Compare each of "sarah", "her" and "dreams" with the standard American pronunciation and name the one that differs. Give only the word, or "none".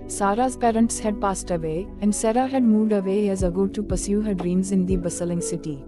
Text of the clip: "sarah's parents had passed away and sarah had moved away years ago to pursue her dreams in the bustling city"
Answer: none